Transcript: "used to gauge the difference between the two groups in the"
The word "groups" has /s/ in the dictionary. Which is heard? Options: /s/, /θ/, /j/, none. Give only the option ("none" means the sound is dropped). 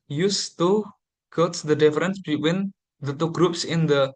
/s/